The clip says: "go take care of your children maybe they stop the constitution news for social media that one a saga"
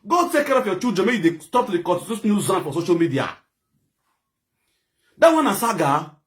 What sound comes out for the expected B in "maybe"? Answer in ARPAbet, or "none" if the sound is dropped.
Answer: none